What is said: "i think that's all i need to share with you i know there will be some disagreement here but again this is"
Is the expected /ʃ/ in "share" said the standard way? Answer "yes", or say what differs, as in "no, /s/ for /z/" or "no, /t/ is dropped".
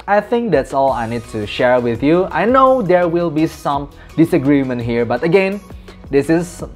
yes